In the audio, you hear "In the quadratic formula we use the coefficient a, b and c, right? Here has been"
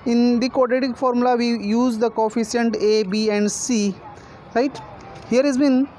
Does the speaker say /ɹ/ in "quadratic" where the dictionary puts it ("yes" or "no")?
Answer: no